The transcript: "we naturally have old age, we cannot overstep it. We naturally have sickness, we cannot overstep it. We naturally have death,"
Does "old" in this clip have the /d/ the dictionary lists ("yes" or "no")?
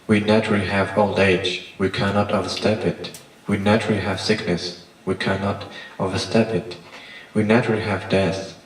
yes